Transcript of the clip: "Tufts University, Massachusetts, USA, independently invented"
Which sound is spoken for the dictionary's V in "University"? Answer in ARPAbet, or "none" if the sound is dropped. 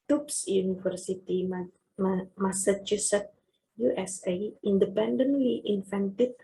F